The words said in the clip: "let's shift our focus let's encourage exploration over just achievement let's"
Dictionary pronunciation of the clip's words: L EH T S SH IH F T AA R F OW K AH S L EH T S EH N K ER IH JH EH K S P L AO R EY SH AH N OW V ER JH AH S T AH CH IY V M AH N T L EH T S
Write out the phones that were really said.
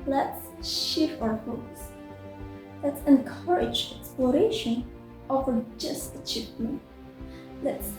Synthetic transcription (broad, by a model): L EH T S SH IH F AA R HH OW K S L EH T S EH N K ER IH JH EH K S P L AO R EY SH AH N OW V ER JH AH S T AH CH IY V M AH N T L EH T S